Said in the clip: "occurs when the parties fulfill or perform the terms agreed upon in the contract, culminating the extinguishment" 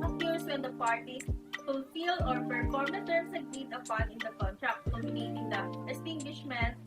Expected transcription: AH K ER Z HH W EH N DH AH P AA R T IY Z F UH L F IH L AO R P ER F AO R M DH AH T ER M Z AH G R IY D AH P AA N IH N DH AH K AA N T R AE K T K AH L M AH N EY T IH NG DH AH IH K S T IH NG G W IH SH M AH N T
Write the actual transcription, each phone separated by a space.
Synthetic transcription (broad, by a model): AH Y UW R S W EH N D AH P AA R T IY F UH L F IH L AO R P ER F AO R M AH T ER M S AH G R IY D AH P AA N IH N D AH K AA N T R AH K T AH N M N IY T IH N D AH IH S T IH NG G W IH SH M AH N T